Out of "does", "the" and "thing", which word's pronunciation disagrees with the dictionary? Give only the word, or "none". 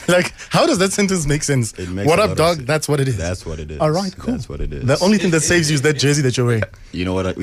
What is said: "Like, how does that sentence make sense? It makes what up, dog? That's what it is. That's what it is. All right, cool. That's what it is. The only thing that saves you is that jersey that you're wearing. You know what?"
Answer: none